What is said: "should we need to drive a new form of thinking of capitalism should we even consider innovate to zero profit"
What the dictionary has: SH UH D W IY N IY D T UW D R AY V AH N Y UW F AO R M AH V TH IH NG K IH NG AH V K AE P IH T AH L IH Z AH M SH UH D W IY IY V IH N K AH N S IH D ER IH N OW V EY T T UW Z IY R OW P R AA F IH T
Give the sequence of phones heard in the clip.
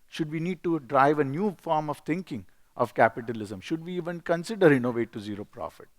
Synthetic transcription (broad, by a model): SH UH D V IY N IY D T UW D R AY V AH N Y UW F AO R M AH V T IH NG K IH NG AH V K AE P IH T AH L IH Z AH M SH UH D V IY IY V IH N K AH N S IH D ER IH N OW V EY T T UW Z IY R OW P R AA F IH T